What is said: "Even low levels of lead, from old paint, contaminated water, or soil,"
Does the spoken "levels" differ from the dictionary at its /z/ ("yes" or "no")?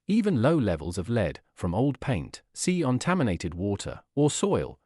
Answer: no